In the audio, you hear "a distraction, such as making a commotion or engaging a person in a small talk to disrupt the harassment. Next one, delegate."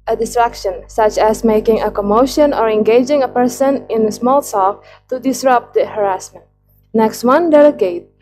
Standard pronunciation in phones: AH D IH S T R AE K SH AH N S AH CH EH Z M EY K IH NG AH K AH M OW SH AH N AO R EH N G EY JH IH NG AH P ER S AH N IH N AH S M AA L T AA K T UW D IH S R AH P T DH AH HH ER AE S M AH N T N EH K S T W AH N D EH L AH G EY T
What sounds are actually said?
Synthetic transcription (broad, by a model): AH D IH S T R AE K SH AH N S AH CH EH S M EY K IH NG AH K AH M OW SH AH N AO R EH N G EY JH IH NG AH P ER S AH N IH N AH S M AA L S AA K T UW D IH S R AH P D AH HH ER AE S M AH N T N EH K S T W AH N D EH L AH G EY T